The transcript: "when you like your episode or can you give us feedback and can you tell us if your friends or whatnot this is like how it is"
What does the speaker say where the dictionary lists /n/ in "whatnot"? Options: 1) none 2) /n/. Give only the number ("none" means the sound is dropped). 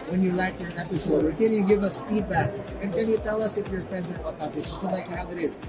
1